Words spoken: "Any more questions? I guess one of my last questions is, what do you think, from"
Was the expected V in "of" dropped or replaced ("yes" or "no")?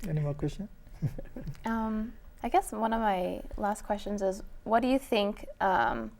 no